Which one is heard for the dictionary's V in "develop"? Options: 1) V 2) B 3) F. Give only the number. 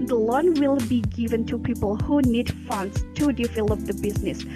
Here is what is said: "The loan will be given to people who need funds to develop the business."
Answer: 3